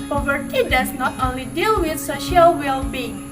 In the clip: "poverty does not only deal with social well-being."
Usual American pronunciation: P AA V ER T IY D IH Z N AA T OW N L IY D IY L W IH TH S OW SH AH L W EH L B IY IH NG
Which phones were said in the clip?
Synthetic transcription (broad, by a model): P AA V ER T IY D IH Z N AA T OW N L IY D IY L W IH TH S OW SH AH L W EH L B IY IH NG